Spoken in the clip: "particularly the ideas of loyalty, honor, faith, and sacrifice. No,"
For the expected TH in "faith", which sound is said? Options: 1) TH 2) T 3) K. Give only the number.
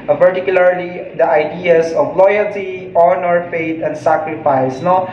2